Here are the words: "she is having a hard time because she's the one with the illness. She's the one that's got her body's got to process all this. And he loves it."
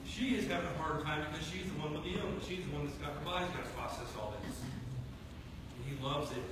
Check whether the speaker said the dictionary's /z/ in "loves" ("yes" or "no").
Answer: yes